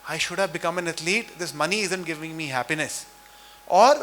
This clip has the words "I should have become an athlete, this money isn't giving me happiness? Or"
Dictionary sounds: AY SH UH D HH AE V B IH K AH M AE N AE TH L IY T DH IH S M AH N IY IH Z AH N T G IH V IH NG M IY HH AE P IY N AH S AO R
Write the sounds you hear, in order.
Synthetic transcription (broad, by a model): AY SH UH D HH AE V B IH K AH M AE N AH T L IY T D IH S M AH N IY IH Z AH N T G IH V IH NG M IY HH AE P IY N AH S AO R